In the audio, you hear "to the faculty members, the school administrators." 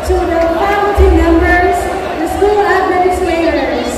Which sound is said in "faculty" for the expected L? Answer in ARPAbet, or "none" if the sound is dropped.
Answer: none